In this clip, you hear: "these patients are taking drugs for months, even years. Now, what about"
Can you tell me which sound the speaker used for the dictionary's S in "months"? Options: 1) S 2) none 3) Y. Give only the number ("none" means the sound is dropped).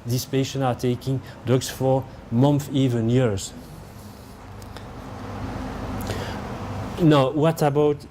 2